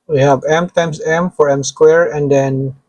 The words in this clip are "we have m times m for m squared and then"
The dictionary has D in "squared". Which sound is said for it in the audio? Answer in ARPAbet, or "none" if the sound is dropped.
none